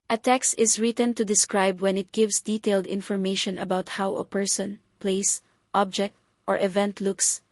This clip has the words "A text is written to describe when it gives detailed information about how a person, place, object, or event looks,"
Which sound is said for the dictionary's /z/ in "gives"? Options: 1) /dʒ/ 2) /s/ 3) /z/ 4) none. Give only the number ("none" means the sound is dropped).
2